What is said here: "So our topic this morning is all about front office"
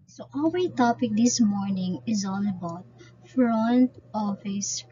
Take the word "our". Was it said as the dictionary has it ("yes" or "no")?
no